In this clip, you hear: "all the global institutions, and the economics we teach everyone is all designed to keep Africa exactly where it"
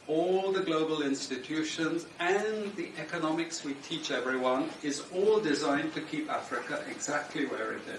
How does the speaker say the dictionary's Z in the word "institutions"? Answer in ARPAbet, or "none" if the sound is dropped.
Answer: Z